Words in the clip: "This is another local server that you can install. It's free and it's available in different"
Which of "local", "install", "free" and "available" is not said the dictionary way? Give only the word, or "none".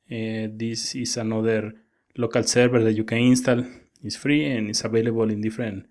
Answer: available